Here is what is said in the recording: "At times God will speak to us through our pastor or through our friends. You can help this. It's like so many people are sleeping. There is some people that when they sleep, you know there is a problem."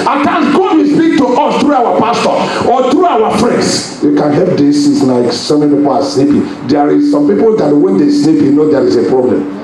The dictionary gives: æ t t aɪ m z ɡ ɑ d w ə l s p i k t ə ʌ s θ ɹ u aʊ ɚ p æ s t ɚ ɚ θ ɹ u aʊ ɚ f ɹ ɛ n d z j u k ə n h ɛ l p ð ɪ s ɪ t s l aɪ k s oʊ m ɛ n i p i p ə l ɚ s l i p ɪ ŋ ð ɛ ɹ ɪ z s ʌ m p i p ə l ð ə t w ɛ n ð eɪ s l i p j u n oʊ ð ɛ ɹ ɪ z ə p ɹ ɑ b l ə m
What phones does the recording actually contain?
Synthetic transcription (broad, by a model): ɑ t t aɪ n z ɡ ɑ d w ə s p i k t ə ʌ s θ ɹ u aʊ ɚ p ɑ s t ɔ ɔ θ ɹ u aʊ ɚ f ɹ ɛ n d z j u k ə n h ɛ l p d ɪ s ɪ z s l aɪ k s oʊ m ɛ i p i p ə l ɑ s n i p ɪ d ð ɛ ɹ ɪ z s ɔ m p i p ə l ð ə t w ɛ n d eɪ s n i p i n oʊ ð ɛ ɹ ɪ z ə p ɹ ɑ b l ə m